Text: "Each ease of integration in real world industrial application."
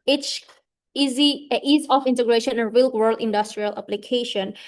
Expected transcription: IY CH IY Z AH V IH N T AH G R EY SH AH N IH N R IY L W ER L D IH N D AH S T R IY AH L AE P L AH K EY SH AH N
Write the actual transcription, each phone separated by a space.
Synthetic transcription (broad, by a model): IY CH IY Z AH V IH N T AH G R EY SH AH N IH N R IY L W ER L D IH N D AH S T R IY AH L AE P L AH K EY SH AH N